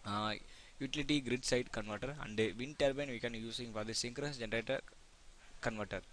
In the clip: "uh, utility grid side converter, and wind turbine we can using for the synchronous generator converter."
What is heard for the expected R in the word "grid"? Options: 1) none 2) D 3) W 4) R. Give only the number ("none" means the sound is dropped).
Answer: 4